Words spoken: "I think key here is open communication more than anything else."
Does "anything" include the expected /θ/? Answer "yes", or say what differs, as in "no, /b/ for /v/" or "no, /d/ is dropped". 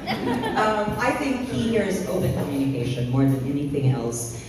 yes